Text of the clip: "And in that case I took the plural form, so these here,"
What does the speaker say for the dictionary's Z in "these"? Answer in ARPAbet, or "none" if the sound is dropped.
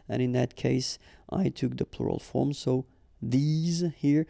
Z